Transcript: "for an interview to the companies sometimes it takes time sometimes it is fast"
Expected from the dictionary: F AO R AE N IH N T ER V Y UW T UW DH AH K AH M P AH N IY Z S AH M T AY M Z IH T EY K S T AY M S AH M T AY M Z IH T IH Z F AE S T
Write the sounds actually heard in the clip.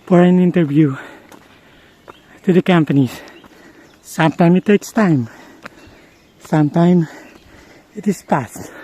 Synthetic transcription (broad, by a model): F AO R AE N IH N T ER V Y UW T UW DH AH K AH M P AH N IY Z S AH M T AY M IH T EY K S T AY M S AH M T AY M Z IH T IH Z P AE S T